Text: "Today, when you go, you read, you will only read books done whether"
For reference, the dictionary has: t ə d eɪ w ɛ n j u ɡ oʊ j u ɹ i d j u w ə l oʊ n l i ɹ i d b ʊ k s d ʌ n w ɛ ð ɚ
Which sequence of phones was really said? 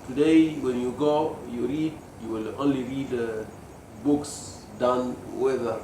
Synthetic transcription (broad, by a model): t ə d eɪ w ɛ n j u ɡ oʊ j u ɹ i d j u w ə l oʊ n l i ɹ i d b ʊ k s d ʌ n w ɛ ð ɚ